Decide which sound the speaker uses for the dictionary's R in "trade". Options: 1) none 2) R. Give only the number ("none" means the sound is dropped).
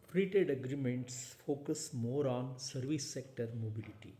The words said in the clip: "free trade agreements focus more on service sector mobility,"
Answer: 1